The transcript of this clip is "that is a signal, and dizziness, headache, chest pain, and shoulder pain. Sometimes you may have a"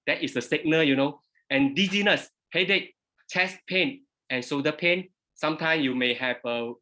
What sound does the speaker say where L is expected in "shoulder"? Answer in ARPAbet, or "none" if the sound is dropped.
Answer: none